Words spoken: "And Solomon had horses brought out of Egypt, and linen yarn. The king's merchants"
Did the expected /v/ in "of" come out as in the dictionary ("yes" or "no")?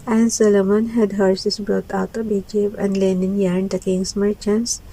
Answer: no